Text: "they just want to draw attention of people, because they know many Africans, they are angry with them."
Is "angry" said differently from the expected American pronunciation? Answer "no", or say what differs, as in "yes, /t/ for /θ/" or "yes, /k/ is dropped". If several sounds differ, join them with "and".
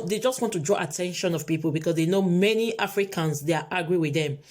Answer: yes, /ŋ/ is dropped